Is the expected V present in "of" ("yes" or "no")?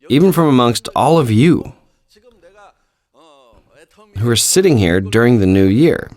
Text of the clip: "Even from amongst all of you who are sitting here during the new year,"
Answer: yes